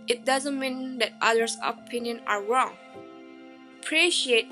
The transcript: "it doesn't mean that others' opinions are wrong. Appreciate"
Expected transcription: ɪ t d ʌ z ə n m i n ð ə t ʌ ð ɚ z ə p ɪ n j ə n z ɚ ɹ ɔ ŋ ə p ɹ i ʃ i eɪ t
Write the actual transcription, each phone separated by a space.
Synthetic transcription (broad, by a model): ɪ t d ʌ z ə n m i n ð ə t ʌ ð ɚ s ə p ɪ n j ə n ɚ ɹ ɔ ŋ p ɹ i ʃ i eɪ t